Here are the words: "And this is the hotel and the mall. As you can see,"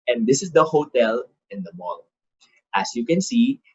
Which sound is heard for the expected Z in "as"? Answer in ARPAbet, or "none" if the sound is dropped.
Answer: S